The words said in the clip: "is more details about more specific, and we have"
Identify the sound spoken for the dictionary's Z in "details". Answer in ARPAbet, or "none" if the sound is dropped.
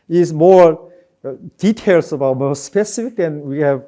S